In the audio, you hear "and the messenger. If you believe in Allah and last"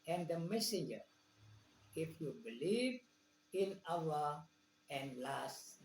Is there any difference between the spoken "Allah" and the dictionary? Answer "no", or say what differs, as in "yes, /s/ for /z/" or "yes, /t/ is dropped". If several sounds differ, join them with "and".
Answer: yes, /w/ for /l/